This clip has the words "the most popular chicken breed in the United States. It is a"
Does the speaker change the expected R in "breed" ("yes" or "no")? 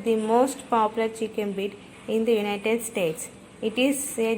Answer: yes